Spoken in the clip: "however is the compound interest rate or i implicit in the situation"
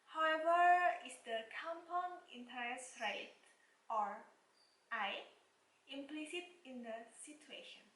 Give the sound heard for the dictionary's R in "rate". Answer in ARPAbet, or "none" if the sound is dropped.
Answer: R